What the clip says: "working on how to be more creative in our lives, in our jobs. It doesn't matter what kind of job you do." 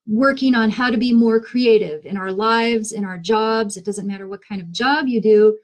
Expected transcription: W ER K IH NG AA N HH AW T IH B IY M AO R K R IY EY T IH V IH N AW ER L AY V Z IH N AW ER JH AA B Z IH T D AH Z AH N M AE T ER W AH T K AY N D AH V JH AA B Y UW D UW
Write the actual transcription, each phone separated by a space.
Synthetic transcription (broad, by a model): W ER K IH NG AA N HH AW T IH B IY M AO R K R IY EY T IH V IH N AW ER L AY V Z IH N AW ER JH AA B Z IH T D AH Z AH N M AE T ER W AH T K AY N D AH V JH AA B Y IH D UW